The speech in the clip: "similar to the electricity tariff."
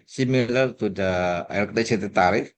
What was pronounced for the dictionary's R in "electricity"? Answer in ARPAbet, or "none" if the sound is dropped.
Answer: none